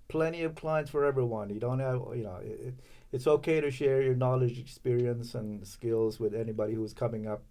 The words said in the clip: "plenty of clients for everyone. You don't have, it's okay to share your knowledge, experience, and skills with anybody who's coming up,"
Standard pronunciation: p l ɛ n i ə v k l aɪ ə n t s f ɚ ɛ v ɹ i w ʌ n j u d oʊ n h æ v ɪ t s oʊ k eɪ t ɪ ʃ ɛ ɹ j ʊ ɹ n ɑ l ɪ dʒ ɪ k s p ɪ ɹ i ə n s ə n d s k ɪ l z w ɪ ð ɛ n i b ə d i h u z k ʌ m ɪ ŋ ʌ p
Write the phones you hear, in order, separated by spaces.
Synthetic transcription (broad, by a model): p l ɛ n i ə v k l aɪ ə n t s f ɚ ɛ v ɹ i w ʌ n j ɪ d oʊ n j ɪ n ɪ t s oʊ k eɪ t ɪ ʃ ɛ ɹ j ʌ ɹ n ɑ l ɪ dʒ ɪ k s p ɪ ɹ i ə n s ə n s k ɪ l z w ɪ ð ɛ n i b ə d i h u z k ʌ m ɪ ŋ ʌ p